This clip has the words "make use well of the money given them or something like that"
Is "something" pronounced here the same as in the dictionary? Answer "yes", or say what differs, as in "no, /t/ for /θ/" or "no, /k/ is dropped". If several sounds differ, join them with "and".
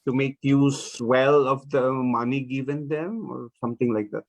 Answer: no, /t/ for /θ/